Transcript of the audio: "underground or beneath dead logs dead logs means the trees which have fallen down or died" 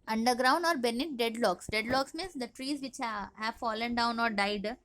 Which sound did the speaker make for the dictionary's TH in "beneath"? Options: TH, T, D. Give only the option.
T